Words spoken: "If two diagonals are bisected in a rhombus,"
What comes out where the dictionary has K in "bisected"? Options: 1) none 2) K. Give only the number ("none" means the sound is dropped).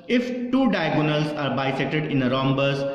1